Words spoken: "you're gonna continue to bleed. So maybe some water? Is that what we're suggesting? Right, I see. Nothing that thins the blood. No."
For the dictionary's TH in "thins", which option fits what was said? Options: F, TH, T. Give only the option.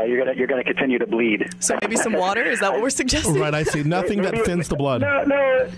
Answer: F